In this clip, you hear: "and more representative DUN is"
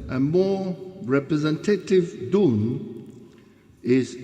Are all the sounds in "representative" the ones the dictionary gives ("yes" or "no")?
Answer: yes